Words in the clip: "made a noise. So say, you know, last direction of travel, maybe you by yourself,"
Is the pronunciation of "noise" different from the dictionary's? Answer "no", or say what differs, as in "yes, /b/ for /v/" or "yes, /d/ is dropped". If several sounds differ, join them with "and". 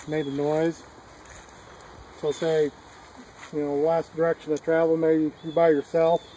no